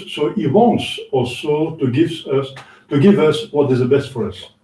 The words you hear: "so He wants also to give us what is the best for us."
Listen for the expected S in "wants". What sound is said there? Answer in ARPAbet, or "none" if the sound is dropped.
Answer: S